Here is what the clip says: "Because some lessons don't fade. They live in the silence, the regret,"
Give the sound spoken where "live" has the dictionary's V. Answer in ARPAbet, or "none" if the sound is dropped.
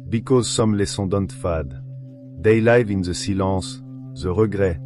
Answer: V